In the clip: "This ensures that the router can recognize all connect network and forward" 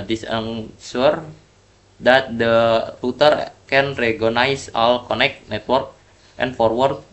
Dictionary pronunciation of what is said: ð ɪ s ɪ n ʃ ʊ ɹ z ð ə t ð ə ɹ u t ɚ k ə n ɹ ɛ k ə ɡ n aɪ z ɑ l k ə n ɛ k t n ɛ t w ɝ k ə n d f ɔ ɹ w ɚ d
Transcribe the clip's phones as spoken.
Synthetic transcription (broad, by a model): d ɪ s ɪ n s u ɹ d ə t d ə ɹ u t ɚ k ə n ɹ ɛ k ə n aɪ s ɑ l k ə n ɛ k t n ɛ t w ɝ k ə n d f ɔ ɹ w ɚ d